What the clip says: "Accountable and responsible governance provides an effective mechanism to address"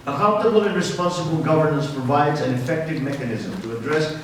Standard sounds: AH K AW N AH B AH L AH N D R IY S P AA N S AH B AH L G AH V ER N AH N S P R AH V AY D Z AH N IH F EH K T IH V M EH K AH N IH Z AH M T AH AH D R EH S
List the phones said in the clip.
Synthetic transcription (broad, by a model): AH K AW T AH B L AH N R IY S P AA N S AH B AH L G AH V ER N AH N S P R AH V AY D Z AH N IH F EH K T IH V M EH K AH N IH Z AH M T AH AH D R EH S